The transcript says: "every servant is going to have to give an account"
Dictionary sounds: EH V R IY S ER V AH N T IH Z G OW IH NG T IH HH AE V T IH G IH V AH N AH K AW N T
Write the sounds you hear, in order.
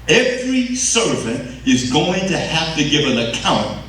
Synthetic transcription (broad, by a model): EH V R IY S ER V AH N T IH Z G OW IH NG T IH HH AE F T IH G IH V AH N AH K AW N T